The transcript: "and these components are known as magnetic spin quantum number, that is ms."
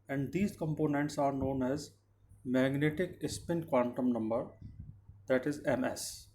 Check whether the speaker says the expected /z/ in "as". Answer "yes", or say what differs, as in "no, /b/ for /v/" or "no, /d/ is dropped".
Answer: yes